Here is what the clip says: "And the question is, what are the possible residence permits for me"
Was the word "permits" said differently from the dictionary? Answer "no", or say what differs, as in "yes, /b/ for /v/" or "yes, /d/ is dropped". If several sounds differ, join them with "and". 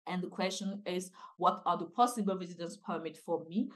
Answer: yes, /s/ is dropped